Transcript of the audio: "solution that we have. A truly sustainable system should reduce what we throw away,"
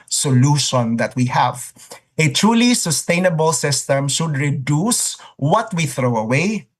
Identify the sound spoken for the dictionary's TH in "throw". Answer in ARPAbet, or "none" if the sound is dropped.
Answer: TH